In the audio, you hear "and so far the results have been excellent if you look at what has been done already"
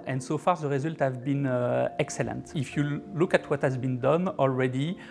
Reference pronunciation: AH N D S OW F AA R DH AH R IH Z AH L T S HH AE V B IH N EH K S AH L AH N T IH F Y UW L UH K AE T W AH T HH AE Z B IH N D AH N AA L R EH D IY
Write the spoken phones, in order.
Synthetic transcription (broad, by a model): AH N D S OW F AA R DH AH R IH Z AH L T HH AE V B IH N EH K S AH L AH N T IH F Y UW L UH K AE T W AH T HH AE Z B IH N D AH N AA L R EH D IY